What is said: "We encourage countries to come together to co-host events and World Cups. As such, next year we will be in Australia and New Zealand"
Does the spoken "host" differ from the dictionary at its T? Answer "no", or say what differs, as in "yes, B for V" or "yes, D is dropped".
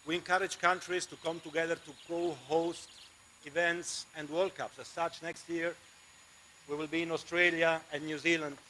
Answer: no